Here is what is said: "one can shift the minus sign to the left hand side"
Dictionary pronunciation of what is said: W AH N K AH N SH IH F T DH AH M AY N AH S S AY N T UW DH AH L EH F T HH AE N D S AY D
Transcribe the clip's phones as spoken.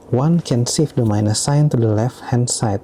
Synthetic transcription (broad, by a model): W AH N K AH N S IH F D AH M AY N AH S S AY N T UW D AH L EH F T HH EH N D S AY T